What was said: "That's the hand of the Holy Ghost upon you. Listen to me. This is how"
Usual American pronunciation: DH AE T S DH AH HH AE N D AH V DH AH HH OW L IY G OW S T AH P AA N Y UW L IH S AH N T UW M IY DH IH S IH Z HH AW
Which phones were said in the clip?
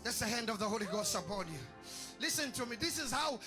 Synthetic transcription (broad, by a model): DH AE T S DH AH HH AE N D AH V DH AH HH OW L IY G OW S T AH B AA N Y UW L IH S AH N T UW M IY DH IH S IH Z HH AW